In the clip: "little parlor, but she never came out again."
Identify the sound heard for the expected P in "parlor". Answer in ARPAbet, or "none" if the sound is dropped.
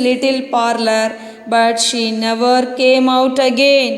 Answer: P